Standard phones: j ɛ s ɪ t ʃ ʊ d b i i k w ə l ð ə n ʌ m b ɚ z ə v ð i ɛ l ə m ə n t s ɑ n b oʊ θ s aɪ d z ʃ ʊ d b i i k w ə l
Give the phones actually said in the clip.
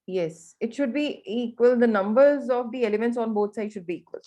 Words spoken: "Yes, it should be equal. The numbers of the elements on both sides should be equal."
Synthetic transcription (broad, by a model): j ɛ s ɪ t ʃ ʊ d b i i k w ə l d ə n ʌ m b ɚ z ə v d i ɛ l ə m ə n t s ɑ n b oʊ t s aɪ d ʃ ʊ d b i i k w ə l